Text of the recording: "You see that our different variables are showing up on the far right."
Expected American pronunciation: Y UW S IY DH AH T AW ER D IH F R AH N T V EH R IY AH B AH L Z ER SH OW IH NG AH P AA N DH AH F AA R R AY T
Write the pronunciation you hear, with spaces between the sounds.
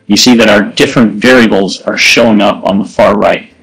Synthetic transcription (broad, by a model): Y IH S IY DH AH T AW ER D IH F R AH N T V EH R IY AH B L Z ER SH OW IH NG AH P N DH AH F AA R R AY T